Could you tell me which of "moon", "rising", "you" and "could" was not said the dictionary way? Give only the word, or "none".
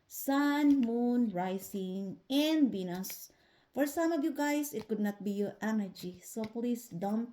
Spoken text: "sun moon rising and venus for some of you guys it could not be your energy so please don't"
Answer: rising